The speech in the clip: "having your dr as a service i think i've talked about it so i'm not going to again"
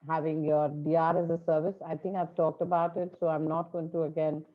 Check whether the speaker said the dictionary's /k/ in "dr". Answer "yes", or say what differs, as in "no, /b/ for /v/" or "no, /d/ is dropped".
no, /k/ is dropped